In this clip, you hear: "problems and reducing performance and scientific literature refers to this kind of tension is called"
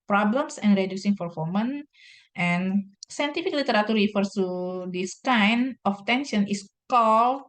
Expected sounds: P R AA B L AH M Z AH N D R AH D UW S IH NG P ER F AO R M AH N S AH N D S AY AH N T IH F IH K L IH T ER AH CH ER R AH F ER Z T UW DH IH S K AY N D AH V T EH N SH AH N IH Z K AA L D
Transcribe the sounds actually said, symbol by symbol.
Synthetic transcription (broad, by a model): P R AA B L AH M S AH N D R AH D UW S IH NG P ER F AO M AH N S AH N S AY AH N T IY F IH K L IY T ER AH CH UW R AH F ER S T UW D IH S K AY N AH F T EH N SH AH N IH S K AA L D